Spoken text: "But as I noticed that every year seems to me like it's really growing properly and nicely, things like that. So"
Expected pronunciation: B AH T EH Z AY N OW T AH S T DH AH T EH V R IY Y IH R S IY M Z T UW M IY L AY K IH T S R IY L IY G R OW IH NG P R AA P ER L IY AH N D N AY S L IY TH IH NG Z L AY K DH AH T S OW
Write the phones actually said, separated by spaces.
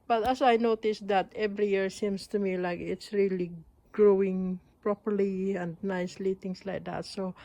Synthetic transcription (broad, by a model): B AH T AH S AY N OW T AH S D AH T EH V R IY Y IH R S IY M S T UW M IY L AY K IH T S R IY L IY G R OW IH NG P R AA P ER L IY AH N D N AY S L IY T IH NG S L AY K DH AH T S OW